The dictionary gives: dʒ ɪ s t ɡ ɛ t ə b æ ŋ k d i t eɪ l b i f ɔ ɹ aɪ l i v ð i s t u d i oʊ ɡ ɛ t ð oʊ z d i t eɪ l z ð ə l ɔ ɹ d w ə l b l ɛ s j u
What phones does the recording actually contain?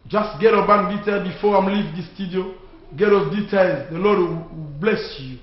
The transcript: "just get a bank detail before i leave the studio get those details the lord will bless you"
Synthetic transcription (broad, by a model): dʒ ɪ s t ɡ ɛ t ə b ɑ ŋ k d i t eɪ l b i f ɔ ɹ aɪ l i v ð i s t u d i oʊ ɡ ɛ t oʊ d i t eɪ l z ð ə l ɔ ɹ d w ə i b l ɛ s j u